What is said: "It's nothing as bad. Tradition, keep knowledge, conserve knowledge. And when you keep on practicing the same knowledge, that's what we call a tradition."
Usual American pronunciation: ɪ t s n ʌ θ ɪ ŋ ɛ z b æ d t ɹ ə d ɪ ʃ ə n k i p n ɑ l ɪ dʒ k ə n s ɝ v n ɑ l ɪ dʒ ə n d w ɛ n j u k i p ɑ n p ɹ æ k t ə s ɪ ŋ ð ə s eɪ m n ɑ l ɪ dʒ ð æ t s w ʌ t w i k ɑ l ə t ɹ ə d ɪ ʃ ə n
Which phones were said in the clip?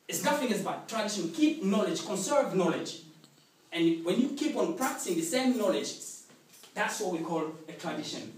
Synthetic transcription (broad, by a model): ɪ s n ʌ f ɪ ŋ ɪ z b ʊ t t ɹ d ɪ ʃ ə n k i p n ɑ l ɪ dʒ k ə n s ɝ v n ɑ l ɪ dʒ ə n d w ɛ n j u k i p ɑ n p ɹ æ k t ə s ɪ ŋ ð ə s eɪ m n ɑ l ɪ dʒ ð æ t s w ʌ t w i k ɑ l ə t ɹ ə d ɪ ʃ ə n